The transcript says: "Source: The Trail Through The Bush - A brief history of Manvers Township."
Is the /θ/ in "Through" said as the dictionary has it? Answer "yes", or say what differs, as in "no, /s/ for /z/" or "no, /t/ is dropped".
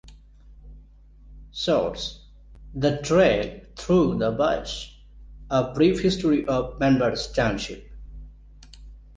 no, /t/ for /θ/